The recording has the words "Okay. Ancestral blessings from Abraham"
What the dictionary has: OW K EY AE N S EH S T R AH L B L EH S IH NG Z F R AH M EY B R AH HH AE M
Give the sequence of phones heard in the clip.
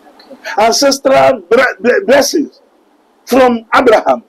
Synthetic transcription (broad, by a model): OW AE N S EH S T R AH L B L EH S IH Z F R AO M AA B R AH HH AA M